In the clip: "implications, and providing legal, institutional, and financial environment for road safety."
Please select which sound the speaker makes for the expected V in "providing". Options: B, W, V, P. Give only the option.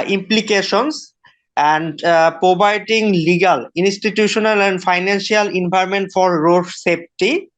B